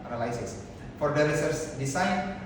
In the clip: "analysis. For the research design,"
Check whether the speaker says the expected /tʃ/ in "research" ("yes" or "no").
no